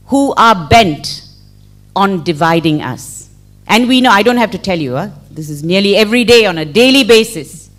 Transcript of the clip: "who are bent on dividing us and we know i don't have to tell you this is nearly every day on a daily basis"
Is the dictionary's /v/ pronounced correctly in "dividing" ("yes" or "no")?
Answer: yes